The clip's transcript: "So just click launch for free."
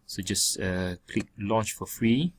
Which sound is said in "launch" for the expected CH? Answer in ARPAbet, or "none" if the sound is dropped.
CH